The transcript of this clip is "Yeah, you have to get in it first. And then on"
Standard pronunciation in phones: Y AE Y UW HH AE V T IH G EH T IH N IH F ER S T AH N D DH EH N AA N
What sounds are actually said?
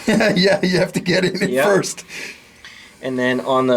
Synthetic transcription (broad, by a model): Y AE Y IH HH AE F T IH G EH T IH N IH F ER S T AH N DH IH N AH N